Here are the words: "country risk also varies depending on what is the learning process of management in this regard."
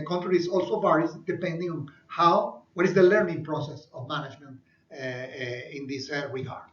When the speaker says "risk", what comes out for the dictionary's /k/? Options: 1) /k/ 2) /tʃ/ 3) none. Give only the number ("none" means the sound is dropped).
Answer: 3